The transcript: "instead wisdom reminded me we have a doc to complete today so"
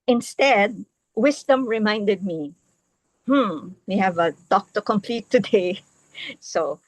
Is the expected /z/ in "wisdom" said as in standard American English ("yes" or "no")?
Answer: no